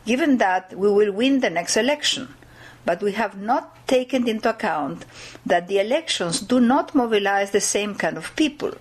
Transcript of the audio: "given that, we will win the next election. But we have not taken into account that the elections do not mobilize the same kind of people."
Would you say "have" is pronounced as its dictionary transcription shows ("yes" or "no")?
yes